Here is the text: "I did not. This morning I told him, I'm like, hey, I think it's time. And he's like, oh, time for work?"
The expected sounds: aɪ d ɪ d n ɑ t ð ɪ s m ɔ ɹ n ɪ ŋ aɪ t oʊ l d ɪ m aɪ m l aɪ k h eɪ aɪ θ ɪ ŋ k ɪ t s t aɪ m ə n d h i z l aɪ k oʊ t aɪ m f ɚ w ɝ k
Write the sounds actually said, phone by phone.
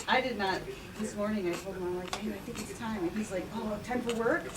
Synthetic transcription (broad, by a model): aɪ d ɪ d n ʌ t ð ɪ s m ɔ ɹ n ɪ ŋ aɪ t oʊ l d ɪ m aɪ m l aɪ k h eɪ aɪ θ ɪ ŋ k ɪ t s t aɪ m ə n h i z l aɪ k oʊ t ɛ m p ɚ w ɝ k